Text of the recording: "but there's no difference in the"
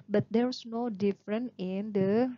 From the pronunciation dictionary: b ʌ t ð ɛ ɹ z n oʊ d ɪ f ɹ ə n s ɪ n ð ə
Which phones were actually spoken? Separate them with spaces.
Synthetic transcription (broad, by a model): b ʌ t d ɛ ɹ s n oʊ d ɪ f ɹ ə n ɪ n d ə